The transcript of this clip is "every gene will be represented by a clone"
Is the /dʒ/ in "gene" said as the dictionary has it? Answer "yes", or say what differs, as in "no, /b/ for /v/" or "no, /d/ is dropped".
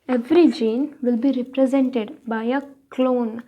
yes